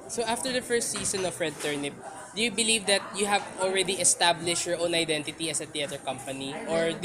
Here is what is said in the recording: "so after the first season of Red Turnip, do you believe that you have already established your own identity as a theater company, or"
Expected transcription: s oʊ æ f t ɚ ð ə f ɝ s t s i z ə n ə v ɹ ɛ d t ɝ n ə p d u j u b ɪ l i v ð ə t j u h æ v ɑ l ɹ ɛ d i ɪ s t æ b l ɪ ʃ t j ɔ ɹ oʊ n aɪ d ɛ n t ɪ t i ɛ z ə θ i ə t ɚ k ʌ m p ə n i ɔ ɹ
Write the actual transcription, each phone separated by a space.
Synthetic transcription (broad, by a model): s oʊ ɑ f t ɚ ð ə f ɝ s t s i s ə n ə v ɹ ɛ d t ɝ n ə p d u j u b ɪ l i v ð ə t j u h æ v ɑ l ɹ ɛ d i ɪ s t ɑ b l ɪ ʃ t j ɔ ɹ oʊ n aɪ d ɛ n t ɪ t i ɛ s ə t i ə t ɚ k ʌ m p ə n i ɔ ɹ